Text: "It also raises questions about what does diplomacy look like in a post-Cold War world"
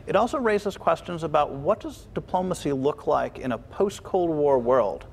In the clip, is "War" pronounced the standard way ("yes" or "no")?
yes